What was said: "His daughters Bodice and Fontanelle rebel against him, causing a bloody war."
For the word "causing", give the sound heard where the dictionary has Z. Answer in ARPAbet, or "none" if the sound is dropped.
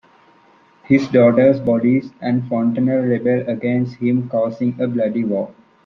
S